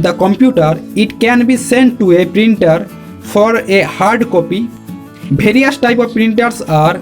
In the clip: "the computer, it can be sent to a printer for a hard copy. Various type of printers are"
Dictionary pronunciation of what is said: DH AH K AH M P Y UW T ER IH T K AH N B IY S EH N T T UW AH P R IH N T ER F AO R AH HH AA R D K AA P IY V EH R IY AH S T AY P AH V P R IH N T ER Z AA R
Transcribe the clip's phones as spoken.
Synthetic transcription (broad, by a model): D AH K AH M P Y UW T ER IH T K AH N B IY S EH N T T UW AH P R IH N T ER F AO R AH HH AA R D K AA P IY B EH R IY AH S T AY P AH V P R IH N T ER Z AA R